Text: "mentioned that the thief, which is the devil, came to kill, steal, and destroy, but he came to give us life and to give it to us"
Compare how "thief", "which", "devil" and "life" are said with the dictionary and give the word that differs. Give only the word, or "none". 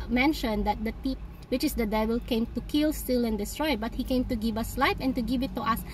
thief